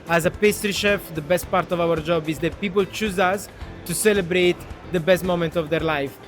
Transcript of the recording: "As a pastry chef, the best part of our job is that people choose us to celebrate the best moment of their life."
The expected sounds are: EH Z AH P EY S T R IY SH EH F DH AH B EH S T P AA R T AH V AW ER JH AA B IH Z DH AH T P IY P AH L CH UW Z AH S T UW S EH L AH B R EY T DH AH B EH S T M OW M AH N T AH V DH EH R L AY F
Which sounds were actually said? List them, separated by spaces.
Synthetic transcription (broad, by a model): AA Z AH P EY S T R IY SH EH F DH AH B EH S T P AA R T AH V AW ER JH AA B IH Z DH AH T P IY P AH L CH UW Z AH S T UW S EH L AH B R EY T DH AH B EH S T M OW M AH N T AH V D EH R L AY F